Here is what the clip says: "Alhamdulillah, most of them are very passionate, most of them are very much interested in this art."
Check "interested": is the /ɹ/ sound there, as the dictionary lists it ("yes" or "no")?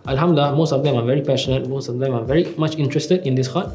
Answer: yes